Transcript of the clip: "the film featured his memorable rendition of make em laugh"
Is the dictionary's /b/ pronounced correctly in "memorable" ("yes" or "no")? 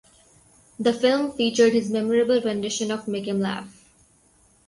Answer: yes